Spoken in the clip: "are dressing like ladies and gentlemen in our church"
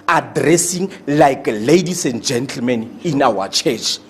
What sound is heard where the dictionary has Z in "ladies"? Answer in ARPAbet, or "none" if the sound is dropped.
S